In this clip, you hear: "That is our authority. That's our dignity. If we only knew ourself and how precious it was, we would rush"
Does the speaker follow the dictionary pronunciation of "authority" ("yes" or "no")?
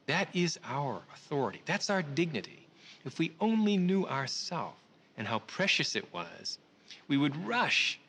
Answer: yes